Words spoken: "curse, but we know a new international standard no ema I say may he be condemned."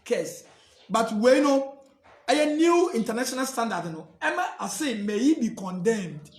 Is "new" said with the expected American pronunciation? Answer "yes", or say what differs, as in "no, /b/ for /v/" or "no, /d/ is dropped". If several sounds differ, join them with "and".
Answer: yes